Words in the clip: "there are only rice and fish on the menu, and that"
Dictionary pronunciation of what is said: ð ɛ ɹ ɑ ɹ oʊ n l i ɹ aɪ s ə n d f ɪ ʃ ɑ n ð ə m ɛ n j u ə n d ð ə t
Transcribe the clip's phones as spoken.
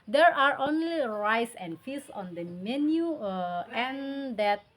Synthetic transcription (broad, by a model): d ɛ ɹ ɑ ɹ oʊ n l i ɹ aɪ s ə n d f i s ɑ n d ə m ɛ n j u ə n d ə t